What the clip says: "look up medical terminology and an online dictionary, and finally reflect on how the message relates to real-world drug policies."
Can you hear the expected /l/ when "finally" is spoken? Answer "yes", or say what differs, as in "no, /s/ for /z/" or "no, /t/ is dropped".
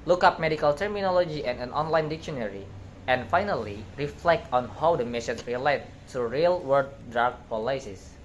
yes